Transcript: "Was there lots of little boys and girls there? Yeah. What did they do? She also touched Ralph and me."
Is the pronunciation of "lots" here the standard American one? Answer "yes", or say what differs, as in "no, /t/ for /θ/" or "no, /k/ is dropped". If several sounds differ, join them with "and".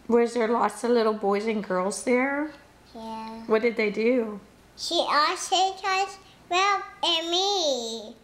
yes